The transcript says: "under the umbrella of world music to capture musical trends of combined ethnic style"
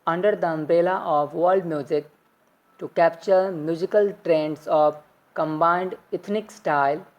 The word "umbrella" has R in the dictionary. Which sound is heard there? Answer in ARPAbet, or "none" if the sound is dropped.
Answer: none